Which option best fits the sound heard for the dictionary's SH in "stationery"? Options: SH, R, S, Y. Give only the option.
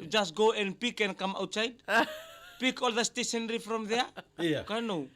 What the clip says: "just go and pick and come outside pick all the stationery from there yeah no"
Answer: S